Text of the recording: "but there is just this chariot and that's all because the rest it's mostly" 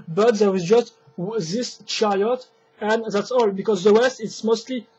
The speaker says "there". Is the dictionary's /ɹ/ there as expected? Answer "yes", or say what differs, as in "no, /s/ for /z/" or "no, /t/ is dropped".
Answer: no, /w/ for /ɹ/